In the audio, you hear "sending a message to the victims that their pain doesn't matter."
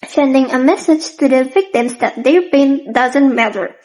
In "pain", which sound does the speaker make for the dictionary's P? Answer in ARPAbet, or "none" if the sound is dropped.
B